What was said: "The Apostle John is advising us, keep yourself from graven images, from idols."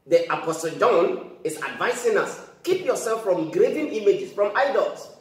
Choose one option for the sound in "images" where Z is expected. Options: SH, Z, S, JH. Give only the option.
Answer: S